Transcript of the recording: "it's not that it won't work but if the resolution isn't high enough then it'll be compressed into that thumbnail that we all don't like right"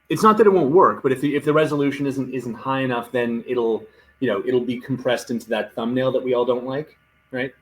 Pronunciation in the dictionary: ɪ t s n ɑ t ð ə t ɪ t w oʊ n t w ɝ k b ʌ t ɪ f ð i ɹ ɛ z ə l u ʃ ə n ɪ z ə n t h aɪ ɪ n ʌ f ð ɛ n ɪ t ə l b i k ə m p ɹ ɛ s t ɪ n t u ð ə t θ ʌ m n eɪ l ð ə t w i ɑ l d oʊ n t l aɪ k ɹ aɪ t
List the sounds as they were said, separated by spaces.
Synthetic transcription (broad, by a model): ɪ t s n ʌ t ð ə t ɪ t w oʊ n t w ɝ k b ʌ t ɪ f ð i ɹ ɛ z ə l u ʃ ə n ɪ z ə n t h aɪ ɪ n ʌ f ð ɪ n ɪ t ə l b i k m p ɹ ɛ s t ɪ n t u ð ə t θ ʌ m n eɪ l ð ə t w i ɑ l d oʊ n t l aɪ k ɹ aɪ t